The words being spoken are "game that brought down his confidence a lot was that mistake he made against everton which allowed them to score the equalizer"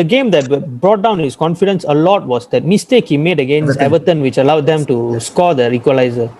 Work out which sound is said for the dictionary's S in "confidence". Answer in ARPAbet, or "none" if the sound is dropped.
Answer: S